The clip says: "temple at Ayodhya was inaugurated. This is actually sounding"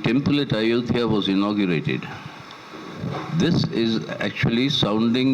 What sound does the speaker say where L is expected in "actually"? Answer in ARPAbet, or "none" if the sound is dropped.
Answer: L